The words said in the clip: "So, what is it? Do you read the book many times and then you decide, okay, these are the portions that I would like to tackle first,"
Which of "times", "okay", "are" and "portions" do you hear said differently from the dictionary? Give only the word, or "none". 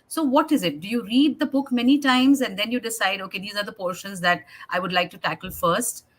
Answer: none